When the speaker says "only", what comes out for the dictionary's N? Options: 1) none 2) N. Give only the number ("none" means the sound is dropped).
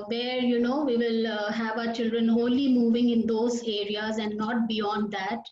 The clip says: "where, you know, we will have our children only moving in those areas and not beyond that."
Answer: 1